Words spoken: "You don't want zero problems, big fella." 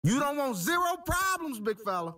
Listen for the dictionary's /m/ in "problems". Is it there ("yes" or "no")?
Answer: yes